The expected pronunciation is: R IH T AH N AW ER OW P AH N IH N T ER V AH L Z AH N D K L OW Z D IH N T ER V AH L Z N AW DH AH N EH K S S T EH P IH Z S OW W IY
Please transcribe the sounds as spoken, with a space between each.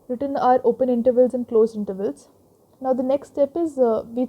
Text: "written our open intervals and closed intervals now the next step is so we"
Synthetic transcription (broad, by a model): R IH T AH N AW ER OW P AH N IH N T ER V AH L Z AH N D K L OW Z IH N T ER V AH L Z N AW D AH N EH K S S T EH P IH Z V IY